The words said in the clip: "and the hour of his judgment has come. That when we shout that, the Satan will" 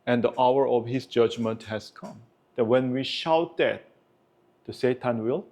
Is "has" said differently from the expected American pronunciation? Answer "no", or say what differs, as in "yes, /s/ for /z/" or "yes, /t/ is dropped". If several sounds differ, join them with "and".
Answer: yes, /s/ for /z/